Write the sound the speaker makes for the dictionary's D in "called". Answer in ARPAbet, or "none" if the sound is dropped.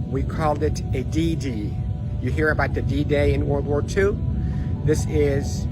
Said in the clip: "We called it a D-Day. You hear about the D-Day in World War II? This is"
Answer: D